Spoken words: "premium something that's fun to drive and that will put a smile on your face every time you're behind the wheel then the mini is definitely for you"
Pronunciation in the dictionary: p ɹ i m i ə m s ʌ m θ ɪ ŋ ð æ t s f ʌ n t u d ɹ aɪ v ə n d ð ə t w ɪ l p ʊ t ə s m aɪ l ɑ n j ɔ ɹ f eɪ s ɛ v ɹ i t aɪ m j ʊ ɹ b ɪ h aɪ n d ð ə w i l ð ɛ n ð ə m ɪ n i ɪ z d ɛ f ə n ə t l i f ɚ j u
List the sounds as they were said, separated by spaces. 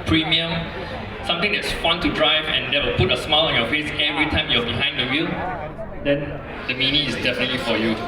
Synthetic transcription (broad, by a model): p ɹ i m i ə m s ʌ m t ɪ ŋ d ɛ t s f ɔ n t u d ɹ aɪ v ə n d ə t w ɪ l p ʊ t ə s m aɪ l ɑ n j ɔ f eɪ s ɛ v ɹ i t aɪ m j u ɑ b ɪ h aɪ n d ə w i l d ɛ n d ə m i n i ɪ s d ɛ f ə n ə t l i f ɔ j u